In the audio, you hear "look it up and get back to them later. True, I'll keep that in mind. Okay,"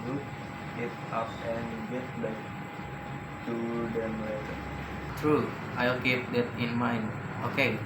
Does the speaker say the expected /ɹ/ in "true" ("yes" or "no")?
yes